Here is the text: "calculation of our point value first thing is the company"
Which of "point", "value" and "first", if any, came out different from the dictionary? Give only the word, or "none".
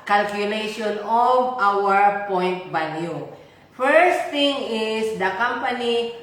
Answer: value